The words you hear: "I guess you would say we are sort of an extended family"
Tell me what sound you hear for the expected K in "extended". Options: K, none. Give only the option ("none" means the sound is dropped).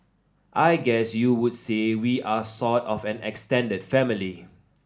K